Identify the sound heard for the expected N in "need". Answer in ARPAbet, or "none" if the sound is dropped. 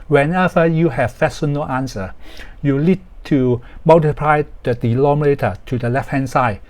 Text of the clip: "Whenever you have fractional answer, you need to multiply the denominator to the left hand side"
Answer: L